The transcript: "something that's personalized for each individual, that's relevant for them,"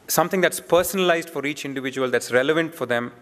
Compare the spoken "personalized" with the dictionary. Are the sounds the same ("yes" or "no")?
yes